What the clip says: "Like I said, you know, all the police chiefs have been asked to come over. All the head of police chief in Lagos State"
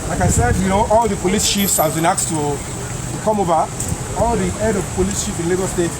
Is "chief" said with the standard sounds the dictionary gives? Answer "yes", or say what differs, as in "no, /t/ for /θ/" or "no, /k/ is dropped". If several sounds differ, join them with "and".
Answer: no, /ʃ/ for /tʃ/